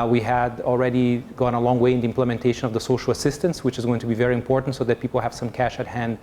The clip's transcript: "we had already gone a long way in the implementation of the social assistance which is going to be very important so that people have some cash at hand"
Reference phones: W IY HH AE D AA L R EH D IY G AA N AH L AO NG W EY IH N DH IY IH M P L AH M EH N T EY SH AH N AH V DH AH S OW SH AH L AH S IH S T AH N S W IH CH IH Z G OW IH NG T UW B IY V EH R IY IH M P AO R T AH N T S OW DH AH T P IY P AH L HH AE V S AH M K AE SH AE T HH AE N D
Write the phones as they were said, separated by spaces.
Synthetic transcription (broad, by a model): W IY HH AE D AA L R EH D IY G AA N AH L AO NG W EY IH N DH IY IH M P L AH M EH N T EY SH AH N AH V DH AH S OW SH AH L AH S IH S T AH N S W IH CH IH Z G OW IH NG T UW B IY V EH R IY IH M P AO R T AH N T S OW DH AH T P IY P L HH AE V S AH M K AE SH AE T HH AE N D